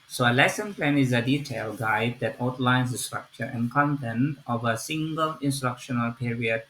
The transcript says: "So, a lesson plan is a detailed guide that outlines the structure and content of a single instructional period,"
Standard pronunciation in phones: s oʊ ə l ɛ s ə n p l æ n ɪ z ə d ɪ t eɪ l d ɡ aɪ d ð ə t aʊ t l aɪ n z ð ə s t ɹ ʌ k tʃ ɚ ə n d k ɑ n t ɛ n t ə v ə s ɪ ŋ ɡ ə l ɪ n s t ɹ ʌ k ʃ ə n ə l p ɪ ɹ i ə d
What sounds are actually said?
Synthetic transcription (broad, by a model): s oʊ ə l ɛ s ə n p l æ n ɪ z ə d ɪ t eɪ l ɡ aɪ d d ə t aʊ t l aɪ n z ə s t ɹ ʌ k tʃ ɚ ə n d k ɑ n t ɛ n t ə v ə s ɪ ŋ ɡ ə l ɪ n s t ɹ ʌ k ʃ ə n ə l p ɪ ɹ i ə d